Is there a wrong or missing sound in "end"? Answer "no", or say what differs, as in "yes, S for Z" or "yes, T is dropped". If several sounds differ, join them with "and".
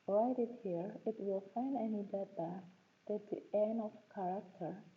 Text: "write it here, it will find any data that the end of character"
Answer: yes, D is dropped